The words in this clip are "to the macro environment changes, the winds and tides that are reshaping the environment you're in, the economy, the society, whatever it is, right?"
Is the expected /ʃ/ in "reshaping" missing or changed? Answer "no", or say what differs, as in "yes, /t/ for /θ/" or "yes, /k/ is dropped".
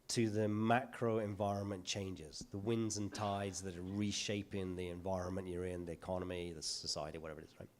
no